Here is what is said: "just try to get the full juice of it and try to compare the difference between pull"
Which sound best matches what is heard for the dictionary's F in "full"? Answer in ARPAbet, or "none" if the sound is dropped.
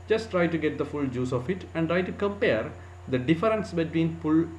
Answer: F